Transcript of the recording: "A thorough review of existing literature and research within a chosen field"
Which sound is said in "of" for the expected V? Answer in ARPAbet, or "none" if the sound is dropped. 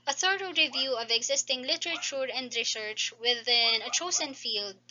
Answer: V